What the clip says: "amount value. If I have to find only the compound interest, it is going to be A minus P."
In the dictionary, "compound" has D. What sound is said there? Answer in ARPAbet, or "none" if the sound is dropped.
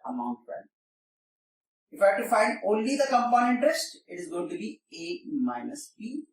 none